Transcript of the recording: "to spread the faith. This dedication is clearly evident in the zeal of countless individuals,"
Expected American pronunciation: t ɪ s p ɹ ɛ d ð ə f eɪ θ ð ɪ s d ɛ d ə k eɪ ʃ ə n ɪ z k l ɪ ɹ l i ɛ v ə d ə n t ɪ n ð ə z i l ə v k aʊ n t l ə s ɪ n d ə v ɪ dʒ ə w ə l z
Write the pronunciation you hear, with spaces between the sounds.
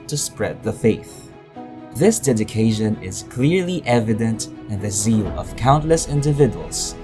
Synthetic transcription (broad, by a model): t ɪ s p ɹ ɛ d ð ə f eɪ θ ð ɪ s d ɛ d ə k eɪ ʃ ə n ɪ z k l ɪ ɹ l i ɛ v ə d ə n t ɪ n ð ə z i l ə v k aʊ n t l ə s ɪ n d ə v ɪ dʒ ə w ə l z